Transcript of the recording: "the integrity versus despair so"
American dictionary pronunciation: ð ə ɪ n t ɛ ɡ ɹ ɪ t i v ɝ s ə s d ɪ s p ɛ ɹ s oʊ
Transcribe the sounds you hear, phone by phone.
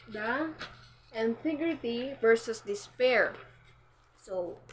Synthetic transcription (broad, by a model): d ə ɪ n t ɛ ɡ ɹ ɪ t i v ɝ s ə s d ɪ s p ɛ ɹ s oʊ